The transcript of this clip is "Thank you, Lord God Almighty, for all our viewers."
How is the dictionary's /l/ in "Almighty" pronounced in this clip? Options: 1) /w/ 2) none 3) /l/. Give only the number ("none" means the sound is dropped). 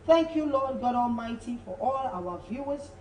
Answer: 3